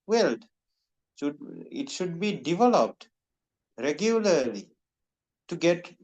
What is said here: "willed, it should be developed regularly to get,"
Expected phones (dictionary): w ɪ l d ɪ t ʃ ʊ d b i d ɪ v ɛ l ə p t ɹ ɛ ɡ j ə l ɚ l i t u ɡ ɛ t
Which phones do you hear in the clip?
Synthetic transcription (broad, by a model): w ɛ l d ɪ t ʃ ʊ d b i d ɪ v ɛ l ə p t ɹ ɛ ɡ j ə l ɚ l i t u ɡ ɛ t